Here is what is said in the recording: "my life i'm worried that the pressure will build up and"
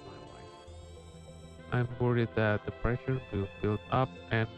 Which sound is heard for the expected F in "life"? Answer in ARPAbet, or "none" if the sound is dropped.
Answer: none